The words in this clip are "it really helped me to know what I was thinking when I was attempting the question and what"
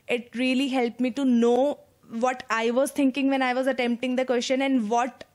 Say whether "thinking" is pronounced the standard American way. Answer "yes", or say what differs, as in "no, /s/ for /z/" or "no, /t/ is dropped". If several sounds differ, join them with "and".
no, /t/ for /θ/